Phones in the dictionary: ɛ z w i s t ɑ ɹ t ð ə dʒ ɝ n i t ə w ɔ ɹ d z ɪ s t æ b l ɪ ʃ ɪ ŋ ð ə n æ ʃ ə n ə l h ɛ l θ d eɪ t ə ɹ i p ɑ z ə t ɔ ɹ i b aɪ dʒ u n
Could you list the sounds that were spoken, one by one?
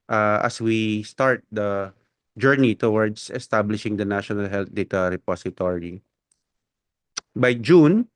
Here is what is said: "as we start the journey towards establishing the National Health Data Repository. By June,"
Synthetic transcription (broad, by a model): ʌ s w i s t ɑ ɹ t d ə dʒ ɝ n i t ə w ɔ ɹ d s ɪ s t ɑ b l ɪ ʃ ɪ ŋ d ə n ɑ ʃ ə n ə l h ɛ l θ d eɪ t ə ɹ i p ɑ s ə t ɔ ɹ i b aɪ dʒ u n